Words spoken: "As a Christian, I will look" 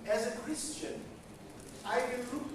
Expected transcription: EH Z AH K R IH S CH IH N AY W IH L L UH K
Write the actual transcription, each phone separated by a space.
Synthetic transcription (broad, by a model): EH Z AH K R IH S CH IH N AY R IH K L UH